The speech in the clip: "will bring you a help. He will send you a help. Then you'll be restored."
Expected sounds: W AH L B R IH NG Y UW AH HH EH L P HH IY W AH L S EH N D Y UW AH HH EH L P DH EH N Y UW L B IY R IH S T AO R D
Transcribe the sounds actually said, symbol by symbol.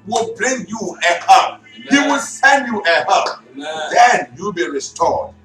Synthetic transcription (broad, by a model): W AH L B L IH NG Y UW AH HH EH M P HH IY W AH L S EH N D Y UW AH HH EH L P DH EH N Y UW L B IY R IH S T AO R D